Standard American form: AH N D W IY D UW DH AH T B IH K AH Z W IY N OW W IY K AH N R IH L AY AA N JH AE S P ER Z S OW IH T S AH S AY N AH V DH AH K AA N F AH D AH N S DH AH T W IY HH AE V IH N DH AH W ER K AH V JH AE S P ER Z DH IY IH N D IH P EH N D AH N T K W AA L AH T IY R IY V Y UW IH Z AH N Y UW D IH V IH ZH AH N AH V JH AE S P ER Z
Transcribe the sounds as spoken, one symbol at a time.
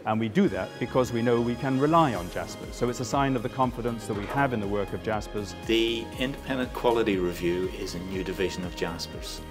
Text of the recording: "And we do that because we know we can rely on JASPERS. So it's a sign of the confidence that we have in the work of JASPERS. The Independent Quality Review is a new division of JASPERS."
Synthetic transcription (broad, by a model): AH N W IY D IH DH AH T B IH K AH Z W IY N OW W IY K AH N R IH L AY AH N JH AE S P ER Z S OW IH T S AH S AY N AH V DH AH K AA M F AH D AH N S DH AH T W IY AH V IH N DH AH W ER K AH V JH AE S P ER Z DH IY IH N D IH P EH N D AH N K W AA L AH T IY R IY V Y UW IH Z AH N Y UW D IH V IH ZH AH N AH V JH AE S P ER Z